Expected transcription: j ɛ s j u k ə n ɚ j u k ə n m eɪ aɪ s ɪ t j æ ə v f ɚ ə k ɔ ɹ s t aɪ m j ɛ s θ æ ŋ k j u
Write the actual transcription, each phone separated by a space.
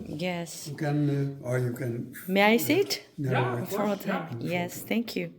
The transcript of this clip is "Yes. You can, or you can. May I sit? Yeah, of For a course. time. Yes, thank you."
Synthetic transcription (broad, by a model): j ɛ s j u k ə n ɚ j u k ə n m eɪ aɪ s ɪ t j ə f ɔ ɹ t aɪ m j ɛ s θ æ ŋ k j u